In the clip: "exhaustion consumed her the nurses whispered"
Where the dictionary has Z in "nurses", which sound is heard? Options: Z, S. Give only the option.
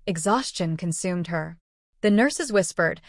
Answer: Z